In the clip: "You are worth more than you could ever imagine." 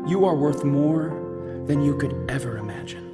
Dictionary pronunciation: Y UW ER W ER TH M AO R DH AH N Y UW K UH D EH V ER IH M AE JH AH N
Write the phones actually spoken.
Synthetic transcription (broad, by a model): Y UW ER W ER TH M AO R DH AH N Y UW K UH D EH V ER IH M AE JH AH N